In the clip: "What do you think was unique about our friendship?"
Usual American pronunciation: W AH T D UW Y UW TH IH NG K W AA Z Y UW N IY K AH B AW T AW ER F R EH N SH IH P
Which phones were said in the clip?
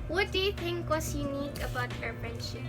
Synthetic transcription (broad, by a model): W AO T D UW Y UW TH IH NG K W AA S Y UW N IY K AH B AW T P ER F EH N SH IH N